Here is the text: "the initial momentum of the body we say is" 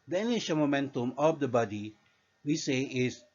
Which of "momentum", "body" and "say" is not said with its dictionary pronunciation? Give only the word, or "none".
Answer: none